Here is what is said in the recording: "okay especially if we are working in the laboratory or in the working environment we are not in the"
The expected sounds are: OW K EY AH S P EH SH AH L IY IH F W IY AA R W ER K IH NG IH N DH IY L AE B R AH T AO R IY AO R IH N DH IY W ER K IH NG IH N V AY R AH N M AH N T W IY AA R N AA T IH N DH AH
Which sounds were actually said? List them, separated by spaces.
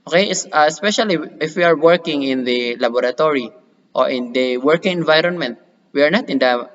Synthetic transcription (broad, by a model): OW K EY AH S P EH SH AH L IY IH F W IY AA R W ER K IH NG IH N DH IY L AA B R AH T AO R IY AO R IH N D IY W ER K IH NG IH N V AY R AH N M AH N T W IY AA R N AA T IH N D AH